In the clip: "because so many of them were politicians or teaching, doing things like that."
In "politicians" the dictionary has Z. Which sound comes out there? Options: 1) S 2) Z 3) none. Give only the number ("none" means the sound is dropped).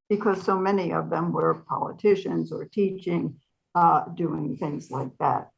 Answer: 2